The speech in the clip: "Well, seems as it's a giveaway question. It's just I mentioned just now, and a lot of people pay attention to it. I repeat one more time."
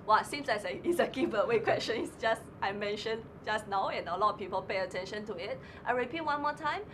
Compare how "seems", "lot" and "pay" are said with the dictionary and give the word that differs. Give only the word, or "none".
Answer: seems